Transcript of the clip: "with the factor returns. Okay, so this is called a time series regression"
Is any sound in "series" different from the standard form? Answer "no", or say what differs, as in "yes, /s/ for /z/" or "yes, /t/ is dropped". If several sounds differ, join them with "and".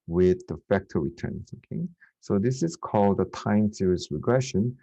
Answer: yes, /s/ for /z/